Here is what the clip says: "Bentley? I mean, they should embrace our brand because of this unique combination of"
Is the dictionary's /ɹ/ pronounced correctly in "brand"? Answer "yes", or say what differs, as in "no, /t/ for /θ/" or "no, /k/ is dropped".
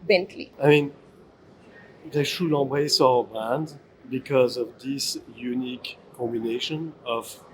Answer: no, /ɹ/ is dropped